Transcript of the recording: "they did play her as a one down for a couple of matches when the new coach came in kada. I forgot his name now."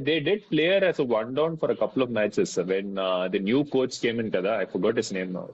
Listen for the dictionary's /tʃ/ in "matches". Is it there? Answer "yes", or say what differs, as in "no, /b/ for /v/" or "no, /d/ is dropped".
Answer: no, /s/ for /tʃ/